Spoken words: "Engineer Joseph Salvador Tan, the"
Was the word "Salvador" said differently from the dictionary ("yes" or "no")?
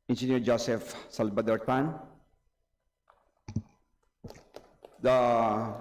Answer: yes